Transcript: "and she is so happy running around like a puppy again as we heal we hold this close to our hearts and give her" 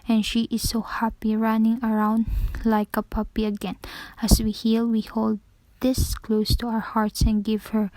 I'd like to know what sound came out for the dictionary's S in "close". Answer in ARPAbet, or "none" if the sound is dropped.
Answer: S